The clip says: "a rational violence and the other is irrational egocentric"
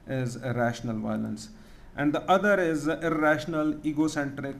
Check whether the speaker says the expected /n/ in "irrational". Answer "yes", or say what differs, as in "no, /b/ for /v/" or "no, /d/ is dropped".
yes